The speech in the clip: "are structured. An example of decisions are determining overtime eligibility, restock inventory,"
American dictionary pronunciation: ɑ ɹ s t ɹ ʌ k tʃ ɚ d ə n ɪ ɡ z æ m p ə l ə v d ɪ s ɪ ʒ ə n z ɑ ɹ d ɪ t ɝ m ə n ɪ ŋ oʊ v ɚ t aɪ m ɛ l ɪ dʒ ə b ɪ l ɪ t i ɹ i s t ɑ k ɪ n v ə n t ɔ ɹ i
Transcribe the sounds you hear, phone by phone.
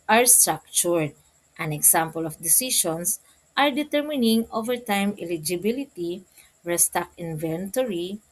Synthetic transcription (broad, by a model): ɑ ɹ s t ɹ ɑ k tʃ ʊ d ə n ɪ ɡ s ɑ m p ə l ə f d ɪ s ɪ ʃ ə n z ɑ ɹ d ɪ t ɝ m ə n ɪ ŋ oʊ v ɚ t aɪ m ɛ l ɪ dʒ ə b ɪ l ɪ t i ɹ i s t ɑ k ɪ n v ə n t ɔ ɹ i